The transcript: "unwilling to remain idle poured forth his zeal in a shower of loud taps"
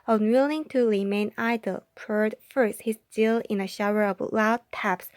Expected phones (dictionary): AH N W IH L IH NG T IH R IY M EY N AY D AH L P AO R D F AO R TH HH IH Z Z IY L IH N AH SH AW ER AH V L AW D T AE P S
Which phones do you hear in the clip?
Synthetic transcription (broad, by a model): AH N W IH L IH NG T IH R IY M EY N AY D AH L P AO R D F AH R S HH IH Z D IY L IH N AH SH AW ER AH V L AW D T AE P S